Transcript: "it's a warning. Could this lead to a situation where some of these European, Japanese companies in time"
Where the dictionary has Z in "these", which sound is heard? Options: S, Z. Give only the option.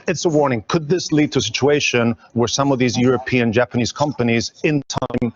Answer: Z